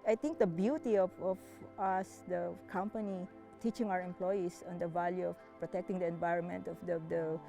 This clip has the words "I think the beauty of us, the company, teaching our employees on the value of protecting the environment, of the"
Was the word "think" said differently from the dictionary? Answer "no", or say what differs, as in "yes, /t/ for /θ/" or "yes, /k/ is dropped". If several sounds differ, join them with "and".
yes, /t/ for /θ/